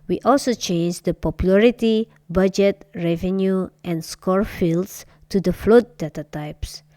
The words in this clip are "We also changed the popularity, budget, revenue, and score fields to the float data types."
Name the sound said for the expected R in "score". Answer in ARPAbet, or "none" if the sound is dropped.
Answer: R